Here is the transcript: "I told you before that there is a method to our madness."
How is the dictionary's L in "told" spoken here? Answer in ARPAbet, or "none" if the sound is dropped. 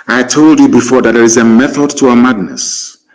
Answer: L